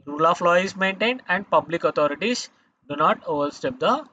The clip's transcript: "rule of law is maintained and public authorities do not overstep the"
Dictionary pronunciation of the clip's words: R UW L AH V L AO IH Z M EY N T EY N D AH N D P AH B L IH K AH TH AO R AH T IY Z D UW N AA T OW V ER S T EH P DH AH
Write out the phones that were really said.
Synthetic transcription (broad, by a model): R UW L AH F L AO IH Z M EY N T EY N D AH N D P AH B L IH K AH T AO R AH T IY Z D UW N AA T OW V ER S T EH P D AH